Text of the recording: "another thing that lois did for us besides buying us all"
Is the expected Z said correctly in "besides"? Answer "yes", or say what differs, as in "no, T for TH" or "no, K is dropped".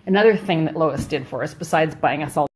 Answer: yes